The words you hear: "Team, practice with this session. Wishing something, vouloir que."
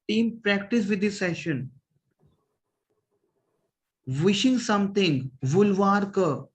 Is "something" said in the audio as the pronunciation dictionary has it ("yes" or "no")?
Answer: no